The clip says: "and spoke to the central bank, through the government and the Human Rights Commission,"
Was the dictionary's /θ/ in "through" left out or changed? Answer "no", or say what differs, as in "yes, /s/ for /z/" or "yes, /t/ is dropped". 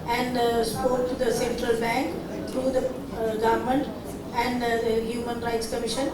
yes, /t/ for /θ/